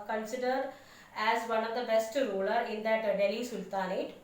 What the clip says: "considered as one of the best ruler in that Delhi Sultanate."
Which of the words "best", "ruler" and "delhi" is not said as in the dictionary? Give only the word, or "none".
none